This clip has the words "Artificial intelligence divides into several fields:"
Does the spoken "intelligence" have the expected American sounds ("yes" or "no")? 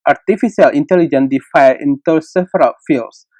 no